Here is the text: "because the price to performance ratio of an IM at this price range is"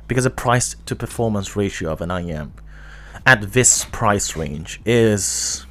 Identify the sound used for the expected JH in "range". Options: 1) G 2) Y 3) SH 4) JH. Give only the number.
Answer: 4